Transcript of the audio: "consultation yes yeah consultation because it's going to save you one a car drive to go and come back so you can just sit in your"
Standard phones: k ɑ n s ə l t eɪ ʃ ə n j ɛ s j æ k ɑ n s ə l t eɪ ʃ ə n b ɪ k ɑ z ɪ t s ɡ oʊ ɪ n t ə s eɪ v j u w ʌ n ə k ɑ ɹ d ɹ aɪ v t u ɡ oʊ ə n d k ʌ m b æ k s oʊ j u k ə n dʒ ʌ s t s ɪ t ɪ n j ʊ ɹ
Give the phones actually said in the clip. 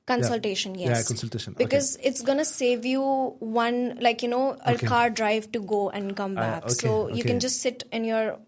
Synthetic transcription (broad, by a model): k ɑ n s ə l t eɪ ʃ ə n j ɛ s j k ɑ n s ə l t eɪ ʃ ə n b ɪ k ɑ z ɪ t s ɡ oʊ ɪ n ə s eɪ v j u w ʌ n ə k ɑ ɹ d ɹ aɪ v t u ɡ oʊ ə n d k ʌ m b æ k s oʊ j u k ə n dʒ ʌ s t s ɪ t ɪ n j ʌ ɹ